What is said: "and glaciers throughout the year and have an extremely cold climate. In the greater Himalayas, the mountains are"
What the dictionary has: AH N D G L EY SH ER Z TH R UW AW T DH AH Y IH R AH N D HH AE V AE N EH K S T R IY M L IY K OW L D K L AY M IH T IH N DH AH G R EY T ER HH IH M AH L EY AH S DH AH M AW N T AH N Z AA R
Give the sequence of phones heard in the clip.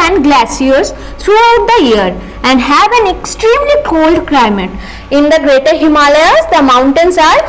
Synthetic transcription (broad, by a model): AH N D G L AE S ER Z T R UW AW T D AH Y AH R AH N D HH AE V AE N EH K S T R IY M L IY K OW L D K L AY M IH T IH N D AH G R EY T ER HH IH M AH L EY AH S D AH M AW N T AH N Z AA R